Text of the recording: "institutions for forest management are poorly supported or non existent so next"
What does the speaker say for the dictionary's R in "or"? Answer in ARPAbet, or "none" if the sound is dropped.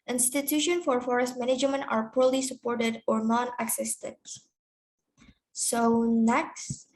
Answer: R